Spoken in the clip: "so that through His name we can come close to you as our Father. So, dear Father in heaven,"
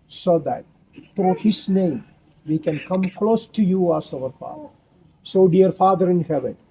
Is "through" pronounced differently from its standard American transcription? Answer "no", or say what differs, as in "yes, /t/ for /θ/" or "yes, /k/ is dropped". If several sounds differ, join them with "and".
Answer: yes, /t/ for /θ/